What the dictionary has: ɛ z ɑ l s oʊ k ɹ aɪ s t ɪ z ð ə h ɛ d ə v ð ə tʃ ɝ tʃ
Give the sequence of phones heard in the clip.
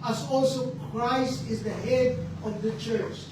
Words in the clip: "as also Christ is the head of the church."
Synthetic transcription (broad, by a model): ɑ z ɑ l s oʊ k ɹ aɪ s t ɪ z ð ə h ɛ d ə v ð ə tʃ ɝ tʃ